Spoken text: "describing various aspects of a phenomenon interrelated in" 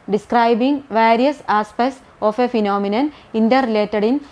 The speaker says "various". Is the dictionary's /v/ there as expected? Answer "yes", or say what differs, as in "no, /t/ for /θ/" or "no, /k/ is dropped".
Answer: yes